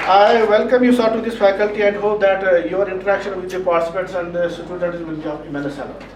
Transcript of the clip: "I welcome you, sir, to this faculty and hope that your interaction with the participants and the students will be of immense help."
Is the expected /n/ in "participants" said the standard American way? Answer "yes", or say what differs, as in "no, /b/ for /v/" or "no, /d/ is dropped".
no, /n/ is dropped